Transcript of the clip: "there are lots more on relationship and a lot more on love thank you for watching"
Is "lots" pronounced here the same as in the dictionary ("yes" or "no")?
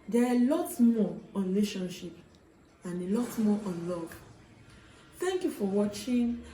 no